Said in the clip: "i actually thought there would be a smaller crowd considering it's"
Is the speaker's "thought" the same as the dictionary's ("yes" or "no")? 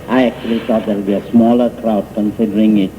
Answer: no